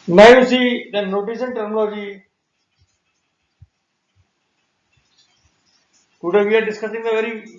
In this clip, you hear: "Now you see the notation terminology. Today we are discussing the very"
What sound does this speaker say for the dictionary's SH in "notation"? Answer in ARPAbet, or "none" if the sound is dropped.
S